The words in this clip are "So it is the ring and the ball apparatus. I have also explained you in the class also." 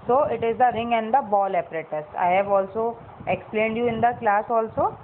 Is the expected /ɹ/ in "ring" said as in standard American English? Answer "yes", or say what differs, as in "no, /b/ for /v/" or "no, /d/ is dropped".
yes